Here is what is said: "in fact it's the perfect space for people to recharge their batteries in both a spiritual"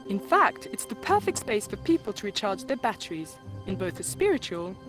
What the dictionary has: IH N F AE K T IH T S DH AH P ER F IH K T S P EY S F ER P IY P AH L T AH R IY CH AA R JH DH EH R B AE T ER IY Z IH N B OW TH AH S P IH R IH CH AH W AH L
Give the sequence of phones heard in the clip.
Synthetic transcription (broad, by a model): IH N F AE K T IH T S DH AH P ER F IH K T S P EY S F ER P IY P AH L T AH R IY CH AA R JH DH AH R B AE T ER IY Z IH N B OW TH AH S P IH R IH CH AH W AH L